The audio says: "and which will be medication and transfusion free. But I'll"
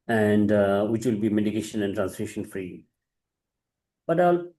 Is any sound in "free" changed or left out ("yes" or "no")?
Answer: no